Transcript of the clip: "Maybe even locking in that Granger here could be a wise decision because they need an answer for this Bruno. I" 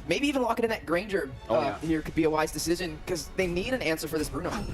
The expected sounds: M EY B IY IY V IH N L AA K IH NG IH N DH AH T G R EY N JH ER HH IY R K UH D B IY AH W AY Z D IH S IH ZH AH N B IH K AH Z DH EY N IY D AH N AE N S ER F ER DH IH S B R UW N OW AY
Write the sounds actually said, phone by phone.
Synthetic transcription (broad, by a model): M EY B IY IY V IH N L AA K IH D IH N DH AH T G R EY N JH ER HH IY R K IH D B IY AH W AY Z D IH S IH ZH AH N K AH Z DH EY N IY D AH N AE N S ER F ER DH IH S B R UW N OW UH